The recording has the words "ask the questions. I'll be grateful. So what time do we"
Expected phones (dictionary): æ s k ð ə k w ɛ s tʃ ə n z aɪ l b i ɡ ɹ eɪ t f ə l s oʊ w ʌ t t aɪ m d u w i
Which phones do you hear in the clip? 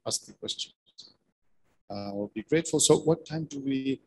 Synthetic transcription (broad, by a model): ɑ s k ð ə k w ɛ s tʃ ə n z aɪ w b i ɡ ɹ eɪ t f ə l s oʊ w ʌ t t aɪ m d u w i